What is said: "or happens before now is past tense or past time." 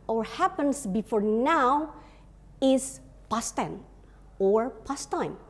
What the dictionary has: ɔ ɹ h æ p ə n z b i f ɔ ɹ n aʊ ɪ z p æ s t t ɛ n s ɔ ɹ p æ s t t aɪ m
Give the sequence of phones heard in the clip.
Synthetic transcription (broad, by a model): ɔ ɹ h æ p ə n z b i f ɔ ɹ n aʊ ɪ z p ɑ s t t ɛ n ɔ ɹ p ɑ s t t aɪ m